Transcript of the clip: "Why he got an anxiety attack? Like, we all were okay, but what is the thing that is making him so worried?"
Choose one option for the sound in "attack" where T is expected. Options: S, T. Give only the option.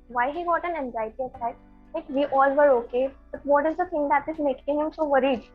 S